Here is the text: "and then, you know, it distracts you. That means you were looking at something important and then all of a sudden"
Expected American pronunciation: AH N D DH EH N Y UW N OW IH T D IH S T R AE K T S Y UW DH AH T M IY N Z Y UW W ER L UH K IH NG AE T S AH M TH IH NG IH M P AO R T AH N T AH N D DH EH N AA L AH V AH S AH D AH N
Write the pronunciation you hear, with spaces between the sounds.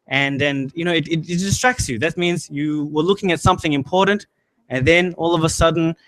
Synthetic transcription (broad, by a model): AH N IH N Y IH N OW IH T D IH S T R AE K T S Y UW DH AH T M IY N Z Y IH W ER L UH K IH NG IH T S AH M TH IH NG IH M P AO R T N T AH N DH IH N AA L AH V AH S AH D N